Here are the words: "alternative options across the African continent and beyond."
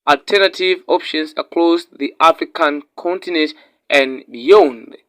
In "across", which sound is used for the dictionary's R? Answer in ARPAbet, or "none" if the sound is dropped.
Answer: L